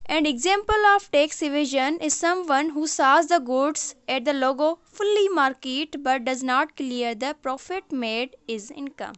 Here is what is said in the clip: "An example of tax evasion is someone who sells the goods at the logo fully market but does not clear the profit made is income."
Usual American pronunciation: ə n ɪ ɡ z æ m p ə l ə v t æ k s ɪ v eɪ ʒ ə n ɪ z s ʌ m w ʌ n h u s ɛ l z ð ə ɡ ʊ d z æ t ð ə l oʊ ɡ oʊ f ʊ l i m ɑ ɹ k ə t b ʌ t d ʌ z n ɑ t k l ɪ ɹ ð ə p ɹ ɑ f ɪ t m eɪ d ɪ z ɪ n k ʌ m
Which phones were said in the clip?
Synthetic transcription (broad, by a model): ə n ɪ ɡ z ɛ m p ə l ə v t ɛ k s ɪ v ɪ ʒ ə n ɪ z s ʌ m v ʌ n h u s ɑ z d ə ɡ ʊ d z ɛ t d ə l oʊ ɡ oʊ f ʊ l i m ɑ ɹ k ə t b ʌ t d ʌ z n ɑ t k l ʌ ɹ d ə p ɹ ɑ f ɪ t m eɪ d ɪ z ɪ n k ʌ m